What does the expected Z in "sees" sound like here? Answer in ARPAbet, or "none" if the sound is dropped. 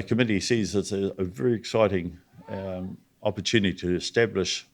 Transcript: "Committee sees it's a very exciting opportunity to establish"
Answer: Z